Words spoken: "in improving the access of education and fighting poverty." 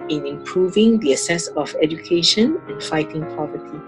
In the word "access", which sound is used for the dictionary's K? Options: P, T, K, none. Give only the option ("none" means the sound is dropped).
none